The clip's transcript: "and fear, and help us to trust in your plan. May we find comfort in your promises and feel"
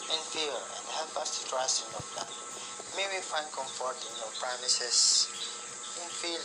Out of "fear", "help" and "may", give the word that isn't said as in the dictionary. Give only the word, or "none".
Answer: fear